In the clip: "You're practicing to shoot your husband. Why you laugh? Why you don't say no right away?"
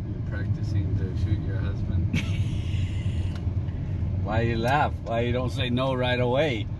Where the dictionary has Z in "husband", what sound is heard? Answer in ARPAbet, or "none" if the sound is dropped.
Z